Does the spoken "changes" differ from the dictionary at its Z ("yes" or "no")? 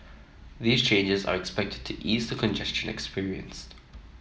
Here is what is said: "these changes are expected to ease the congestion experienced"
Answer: no